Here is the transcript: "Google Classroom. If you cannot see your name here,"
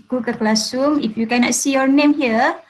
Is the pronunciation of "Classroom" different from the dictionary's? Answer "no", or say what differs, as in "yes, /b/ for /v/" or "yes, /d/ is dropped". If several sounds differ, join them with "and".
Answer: yes, /ɹ/ is dropped